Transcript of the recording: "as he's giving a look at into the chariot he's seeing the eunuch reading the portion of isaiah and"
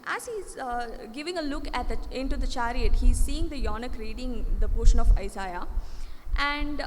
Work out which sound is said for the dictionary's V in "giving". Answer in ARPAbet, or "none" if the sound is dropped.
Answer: V